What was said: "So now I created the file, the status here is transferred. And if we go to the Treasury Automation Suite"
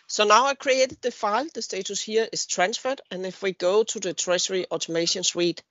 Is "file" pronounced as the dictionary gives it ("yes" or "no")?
yes